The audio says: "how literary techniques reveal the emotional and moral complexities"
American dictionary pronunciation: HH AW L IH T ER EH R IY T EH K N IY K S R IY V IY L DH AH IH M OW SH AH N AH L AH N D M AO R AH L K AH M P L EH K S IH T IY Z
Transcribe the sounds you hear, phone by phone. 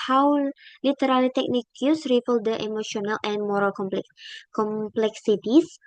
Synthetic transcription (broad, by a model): HH AW L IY T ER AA L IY T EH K N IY K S R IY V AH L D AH IH M OW SH AH N AH L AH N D M AO R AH L K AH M P L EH K S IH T IY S